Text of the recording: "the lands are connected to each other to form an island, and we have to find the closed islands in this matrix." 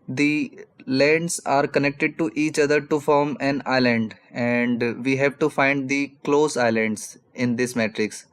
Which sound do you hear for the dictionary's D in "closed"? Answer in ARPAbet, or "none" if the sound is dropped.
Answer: none